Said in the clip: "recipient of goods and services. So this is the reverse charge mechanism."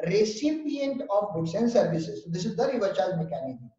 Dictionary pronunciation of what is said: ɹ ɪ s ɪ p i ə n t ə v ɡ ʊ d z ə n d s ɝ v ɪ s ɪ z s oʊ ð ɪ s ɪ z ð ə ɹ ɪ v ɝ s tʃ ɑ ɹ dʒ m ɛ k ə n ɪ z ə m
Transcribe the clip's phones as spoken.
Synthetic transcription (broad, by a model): ɹ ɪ s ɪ p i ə n t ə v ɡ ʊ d s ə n s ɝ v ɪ s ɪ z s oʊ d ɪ s ɪ z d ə ɹ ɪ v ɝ tʃ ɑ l m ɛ k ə n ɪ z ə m